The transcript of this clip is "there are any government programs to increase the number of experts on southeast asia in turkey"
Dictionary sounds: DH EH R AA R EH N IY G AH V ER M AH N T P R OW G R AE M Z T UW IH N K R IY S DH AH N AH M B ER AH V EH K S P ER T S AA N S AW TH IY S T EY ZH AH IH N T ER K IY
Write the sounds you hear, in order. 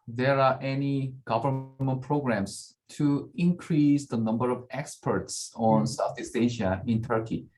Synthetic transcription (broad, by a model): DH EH R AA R EH N IY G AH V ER M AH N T P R OW G R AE M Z T UW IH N K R IY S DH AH N AH M B ER AH V EH K S P ER T S AA N S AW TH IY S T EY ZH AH IH N T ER K IY